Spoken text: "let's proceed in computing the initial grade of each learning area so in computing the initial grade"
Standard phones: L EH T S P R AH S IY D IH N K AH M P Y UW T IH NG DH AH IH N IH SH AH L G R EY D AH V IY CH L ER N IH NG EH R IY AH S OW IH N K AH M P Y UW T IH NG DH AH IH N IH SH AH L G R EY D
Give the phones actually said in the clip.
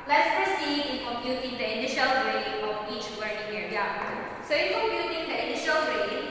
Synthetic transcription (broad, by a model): L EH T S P R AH S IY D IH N K AH M P Y UW T IH NG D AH IH N IH SH AH L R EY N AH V IY CH W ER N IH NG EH R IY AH S OW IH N K AH M P Y UW T IH NG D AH IH N IH SH AH L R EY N